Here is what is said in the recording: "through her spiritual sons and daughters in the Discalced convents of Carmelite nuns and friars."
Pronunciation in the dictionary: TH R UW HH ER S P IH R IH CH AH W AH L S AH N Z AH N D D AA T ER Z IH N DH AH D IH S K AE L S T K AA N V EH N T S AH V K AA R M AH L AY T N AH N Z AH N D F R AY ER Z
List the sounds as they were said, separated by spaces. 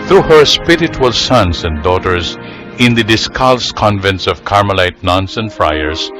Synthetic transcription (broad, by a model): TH R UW HH ER S P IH R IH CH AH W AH L S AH N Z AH N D D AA T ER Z IH N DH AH D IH S K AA L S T K AA N V EH N T S AH V K AA R M AH L AY T N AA N S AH N F R AY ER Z